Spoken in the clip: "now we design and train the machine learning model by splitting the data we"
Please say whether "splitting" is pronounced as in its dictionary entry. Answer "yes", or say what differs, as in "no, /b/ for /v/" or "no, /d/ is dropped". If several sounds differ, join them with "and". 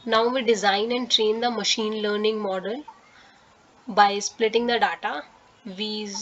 yes